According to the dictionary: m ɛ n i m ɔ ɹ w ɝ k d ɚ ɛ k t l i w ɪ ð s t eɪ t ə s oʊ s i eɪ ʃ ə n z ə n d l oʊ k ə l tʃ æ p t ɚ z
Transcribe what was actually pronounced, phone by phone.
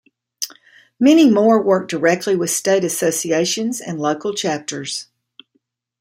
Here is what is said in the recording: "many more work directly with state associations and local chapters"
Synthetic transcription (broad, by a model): m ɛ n i m ɔ ɹ w ɝ k d ɚ ɛ k t l i w ɪ ð s t eɪ t ə s oʊ s i eɪ ʃ ə n z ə n l oʊ k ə l tʃ æ p t ɚ z